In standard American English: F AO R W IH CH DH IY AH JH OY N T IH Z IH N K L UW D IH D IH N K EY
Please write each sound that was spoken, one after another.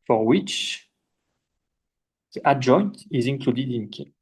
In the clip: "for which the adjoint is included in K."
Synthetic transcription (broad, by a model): F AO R W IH CH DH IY AH JH OY N T IH Z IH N K L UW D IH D IH N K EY